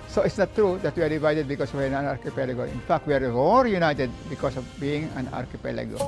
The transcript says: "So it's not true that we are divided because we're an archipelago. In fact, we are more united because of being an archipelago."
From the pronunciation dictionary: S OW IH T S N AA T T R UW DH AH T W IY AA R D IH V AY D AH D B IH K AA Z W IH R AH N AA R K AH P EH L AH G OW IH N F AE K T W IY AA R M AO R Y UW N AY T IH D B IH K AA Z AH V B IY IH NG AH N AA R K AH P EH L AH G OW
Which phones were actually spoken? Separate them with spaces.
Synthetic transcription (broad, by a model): S OW IH T S N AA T T R UW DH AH T W IY AA R D IH V AY D AH D B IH K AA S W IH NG AH N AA R K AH P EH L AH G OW IH N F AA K T W IY AA R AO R Y UW N AY T IH D B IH K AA S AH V B IY IH NG AH N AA R K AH P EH L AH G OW